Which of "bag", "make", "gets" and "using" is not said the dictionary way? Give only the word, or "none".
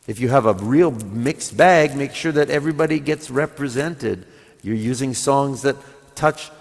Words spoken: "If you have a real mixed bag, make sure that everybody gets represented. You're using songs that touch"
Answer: none